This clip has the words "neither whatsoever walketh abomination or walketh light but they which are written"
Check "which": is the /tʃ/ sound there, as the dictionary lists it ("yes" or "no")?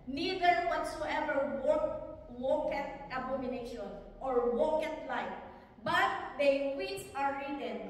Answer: no